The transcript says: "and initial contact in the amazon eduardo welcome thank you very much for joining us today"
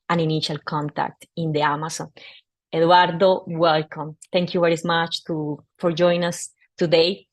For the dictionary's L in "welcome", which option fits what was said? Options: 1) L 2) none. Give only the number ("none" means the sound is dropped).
1